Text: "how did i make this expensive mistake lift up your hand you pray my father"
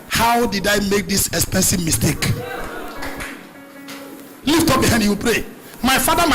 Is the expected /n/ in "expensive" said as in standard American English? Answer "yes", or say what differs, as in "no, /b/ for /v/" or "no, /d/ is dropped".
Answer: yes